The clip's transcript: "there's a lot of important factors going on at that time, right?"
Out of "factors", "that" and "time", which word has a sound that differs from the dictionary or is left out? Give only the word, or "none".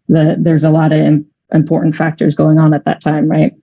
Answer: none